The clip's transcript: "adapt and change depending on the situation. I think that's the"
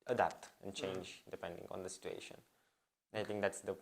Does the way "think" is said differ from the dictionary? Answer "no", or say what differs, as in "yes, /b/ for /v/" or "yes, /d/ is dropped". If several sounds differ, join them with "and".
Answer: yes, /t/ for /θ/